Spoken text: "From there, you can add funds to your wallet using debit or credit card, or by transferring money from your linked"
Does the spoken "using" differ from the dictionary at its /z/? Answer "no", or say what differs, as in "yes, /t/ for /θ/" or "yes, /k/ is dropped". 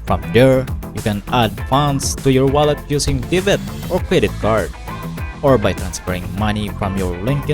yes, /s/ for /z/